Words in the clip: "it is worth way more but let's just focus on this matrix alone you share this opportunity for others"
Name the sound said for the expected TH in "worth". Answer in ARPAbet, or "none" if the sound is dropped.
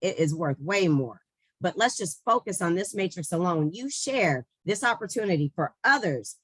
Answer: TH